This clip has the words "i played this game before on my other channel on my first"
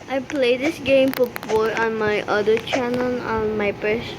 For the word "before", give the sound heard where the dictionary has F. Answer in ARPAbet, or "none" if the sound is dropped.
P